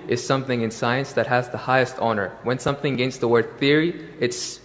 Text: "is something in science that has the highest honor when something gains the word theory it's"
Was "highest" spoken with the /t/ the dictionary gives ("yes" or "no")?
yes